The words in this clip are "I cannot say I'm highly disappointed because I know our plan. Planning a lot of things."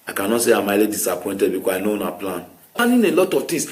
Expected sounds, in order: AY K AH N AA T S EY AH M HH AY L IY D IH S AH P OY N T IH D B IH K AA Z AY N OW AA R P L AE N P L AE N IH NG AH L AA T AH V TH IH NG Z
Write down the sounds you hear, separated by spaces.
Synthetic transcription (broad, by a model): AY K AH N AA T S EY AH M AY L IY D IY S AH P OY N T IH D B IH K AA AY N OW AA P L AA N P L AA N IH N AH L AA T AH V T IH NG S